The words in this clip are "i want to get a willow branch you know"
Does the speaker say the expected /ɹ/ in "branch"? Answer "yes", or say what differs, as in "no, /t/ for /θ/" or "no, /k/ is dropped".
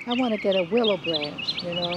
yes